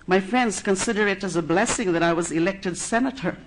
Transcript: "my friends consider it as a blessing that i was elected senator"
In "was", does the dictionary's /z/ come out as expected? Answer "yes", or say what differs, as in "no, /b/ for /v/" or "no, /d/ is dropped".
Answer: yes